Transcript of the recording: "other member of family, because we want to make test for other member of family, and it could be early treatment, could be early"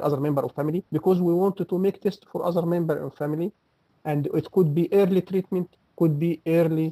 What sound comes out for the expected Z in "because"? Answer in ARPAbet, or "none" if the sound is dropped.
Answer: Z